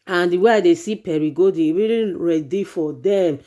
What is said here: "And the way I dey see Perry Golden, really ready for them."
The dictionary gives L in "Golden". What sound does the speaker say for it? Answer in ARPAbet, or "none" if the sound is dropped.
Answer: none